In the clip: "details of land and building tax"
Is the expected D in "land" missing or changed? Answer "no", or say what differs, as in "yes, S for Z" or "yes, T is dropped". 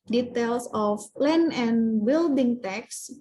yes, D is dropped